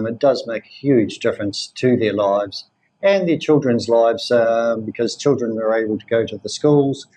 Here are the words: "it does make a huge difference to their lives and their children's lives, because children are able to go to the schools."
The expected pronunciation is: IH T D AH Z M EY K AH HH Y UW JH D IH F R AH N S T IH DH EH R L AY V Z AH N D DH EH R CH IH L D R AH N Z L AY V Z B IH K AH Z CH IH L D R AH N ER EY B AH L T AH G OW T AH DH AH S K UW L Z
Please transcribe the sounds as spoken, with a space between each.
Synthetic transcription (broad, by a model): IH T D AH Z M EY K HH Y UW JH D IH F R AH N S T IH DH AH R L AY V Z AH N DH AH R CH IH L D R AH N Z L AY V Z B IH K AH Z CH IH L D R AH N ER EY B AH L T AH G OW T AH DH AH S K UW L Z